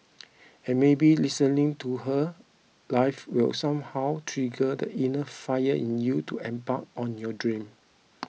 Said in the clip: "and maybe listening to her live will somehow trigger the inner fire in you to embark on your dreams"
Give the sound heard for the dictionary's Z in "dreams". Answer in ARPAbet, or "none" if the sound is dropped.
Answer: none